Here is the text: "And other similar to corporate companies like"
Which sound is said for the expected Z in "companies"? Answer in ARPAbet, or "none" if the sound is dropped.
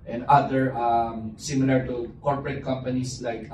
S